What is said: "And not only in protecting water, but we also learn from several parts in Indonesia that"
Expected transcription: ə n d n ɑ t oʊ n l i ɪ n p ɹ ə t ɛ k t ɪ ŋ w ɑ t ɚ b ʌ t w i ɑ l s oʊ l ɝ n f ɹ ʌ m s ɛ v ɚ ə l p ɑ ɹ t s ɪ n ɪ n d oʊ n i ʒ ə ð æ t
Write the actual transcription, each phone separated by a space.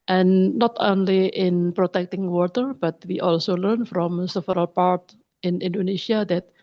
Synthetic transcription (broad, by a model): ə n n ɑ t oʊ n l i ɪ n p ɹ ə t ɛ k t ɪ ŋ w ɑ t ɚ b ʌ t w i ɑ l s oʊ l ɝ n f ɹ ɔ m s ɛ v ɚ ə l p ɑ ɹ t ɪ n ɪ n d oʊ n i ʃ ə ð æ t